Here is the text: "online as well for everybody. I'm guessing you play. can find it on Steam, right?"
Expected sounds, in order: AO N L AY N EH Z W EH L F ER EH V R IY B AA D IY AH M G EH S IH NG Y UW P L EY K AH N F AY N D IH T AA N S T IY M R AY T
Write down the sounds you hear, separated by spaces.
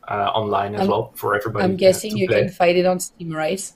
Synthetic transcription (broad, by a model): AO N L AY N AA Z W EH L F ER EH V R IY B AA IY AH M G EH S IH NG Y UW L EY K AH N F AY D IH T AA N S T IY M R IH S